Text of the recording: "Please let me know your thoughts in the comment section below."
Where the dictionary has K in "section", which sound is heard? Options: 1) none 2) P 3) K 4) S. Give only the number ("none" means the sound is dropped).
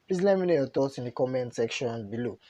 3